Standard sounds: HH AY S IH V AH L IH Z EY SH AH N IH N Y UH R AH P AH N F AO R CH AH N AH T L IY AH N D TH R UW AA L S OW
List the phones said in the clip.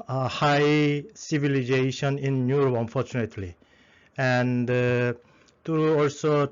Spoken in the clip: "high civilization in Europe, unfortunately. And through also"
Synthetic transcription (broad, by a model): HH AY S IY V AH L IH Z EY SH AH N IH N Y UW R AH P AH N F AO R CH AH N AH T L IY AH N D T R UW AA L S OW